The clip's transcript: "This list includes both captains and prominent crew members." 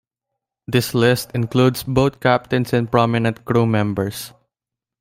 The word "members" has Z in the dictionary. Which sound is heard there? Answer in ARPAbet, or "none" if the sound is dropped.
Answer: S